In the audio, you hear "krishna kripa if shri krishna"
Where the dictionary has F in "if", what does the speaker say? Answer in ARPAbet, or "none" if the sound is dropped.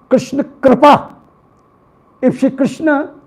P